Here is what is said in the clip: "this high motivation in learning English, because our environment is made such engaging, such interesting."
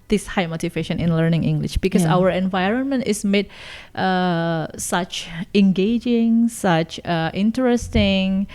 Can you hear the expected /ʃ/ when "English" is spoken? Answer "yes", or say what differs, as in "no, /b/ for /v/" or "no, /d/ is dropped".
yes